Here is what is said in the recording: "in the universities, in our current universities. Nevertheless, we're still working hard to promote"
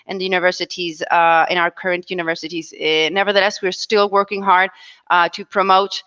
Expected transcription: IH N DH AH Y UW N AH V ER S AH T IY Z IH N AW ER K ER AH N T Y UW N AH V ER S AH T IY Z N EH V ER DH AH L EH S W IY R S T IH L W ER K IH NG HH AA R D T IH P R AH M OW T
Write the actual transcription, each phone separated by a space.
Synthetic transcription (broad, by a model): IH N DH AH Y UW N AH V ER S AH T IY Z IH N AW ER K ER AH N T Y UW N AH V ER S AH T IY Z N EH V ER DH AH L EH S W IY R S T IH L W ER K IH NG HH AA R D T IH P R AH M OW T